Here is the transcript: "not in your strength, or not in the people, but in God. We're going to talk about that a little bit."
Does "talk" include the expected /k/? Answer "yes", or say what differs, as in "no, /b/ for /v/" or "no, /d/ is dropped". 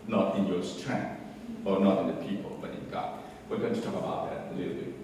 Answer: yes